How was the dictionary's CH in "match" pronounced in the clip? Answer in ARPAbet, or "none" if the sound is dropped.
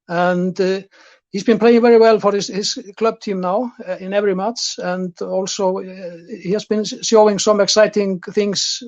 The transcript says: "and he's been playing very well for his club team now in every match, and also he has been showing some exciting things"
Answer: S